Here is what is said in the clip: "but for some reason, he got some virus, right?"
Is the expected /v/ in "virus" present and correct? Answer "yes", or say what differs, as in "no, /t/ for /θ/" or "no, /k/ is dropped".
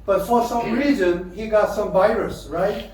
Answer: yes